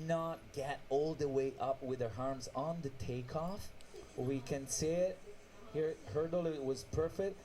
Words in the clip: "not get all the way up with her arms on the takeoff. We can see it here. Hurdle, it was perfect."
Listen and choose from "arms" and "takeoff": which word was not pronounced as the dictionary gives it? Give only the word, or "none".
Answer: none